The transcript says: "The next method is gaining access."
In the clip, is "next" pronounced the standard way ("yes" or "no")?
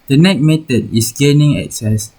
no